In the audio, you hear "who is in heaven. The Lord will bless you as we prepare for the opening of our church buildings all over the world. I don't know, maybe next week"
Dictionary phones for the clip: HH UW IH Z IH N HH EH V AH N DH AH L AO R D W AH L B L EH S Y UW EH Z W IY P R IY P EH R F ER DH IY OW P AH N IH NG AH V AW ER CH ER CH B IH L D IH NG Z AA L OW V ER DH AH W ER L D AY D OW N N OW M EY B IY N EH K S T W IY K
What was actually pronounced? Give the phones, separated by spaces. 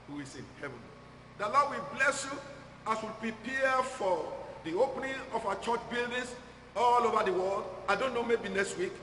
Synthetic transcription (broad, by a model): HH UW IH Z IH N HH EH V AH N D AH L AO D W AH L B L EH S Y UW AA S W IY P R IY P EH F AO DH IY OW P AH N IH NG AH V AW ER CH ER CH B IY L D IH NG S AA L OW V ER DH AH W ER L D AY D OW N N OW M EY B IY N EH K S T W IY K